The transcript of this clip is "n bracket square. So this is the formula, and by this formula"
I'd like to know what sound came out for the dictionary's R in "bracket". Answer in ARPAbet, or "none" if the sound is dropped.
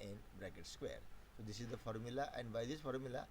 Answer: R